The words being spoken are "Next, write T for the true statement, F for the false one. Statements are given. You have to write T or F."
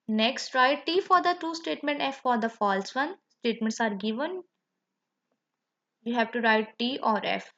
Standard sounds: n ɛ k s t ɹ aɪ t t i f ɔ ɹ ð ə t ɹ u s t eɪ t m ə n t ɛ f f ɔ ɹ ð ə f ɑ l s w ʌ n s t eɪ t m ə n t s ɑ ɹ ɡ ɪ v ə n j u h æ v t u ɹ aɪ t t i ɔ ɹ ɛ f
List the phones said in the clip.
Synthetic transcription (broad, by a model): n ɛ k s t ɹ aɪ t t i f ɔ ɹ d ə t u s t eɪ t m ə n t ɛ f f ɔ ɹ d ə f ɑ l s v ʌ n s t eɪ t m ə n t s ɑ ɹ ɡ ɪ v ə n j u h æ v t u ɹ aɪ t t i ɔ ɹ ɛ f